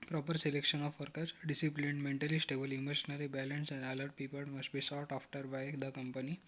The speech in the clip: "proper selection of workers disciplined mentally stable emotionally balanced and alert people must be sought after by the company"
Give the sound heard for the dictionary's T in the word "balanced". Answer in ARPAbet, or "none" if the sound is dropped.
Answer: none